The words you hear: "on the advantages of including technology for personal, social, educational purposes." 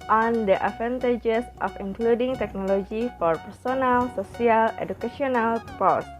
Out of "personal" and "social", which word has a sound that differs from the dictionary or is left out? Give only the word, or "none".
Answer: social